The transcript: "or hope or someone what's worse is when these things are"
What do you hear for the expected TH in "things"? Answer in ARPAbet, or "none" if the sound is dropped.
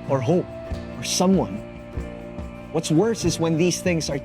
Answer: TH